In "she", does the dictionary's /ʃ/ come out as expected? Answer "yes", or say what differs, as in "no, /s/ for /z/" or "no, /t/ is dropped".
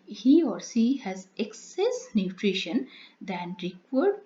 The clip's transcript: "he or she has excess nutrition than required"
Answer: no, /s/ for /ʃ/